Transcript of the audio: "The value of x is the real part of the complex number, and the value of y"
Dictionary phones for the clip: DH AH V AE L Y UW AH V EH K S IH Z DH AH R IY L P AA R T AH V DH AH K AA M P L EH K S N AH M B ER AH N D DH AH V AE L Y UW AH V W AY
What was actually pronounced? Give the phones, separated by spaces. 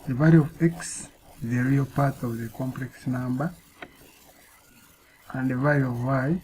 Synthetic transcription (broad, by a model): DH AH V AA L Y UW AH V EH K S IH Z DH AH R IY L P AA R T AH V DH AH K AA M P L EH K S N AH M B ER AH N D DH AH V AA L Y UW AH V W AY